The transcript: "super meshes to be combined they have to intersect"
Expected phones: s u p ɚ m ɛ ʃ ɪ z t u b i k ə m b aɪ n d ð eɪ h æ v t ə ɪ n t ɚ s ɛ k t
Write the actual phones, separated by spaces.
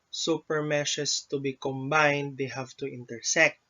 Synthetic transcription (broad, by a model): s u p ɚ m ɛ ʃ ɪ s t u b i k ə m b aɪ n d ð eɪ h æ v t ə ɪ n t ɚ s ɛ k t